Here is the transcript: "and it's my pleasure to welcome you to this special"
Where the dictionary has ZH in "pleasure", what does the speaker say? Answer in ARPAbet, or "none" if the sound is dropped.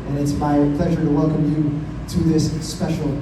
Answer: ZH